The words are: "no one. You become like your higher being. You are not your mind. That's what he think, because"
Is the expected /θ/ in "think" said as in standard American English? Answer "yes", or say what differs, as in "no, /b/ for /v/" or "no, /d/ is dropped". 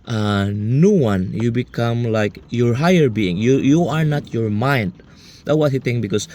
no, /t/ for /θ/